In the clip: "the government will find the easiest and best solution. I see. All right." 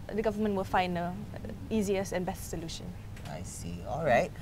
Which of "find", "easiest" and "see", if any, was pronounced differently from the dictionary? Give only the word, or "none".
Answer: easiest